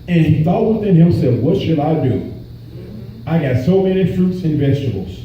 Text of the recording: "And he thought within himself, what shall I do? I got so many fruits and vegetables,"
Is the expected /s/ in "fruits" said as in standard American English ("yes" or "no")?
yes